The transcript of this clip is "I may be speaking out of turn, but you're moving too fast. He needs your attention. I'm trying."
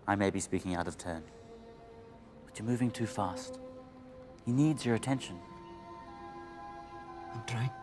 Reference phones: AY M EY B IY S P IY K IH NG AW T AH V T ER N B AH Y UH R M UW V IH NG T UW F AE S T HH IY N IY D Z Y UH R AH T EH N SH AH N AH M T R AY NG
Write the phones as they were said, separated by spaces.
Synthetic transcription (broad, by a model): AY M EY B IY S P IY K IH NG AW T AH V T ER N B AH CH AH R M UW V IH NG T UW F AE S T HH IY N IY D Z Y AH R AH T EH N SH AH N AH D R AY